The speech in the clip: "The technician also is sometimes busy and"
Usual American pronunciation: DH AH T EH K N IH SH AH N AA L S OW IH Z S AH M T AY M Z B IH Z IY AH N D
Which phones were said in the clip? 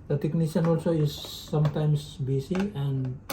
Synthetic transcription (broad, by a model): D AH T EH K N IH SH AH N AA L S OW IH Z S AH M T AY M S B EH S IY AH N D